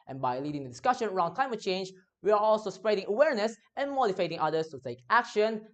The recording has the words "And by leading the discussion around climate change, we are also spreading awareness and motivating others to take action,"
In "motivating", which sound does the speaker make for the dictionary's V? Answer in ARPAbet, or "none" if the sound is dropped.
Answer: F